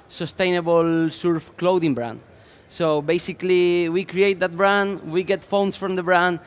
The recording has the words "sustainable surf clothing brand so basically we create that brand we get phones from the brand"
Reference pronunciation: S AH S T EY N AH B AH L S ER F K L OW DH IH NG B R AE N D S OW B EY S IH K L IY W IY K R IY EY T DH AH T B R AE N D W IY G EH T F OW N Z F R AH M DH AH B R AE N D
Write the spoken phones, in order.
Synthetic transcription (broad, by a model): S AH S T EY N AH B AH L S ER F K L OW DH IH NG B R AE N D S OW B EY S IH K L IY W IY K R IY EY T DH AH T B R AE N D W IY G EH T F OW N S F R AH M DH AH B R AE N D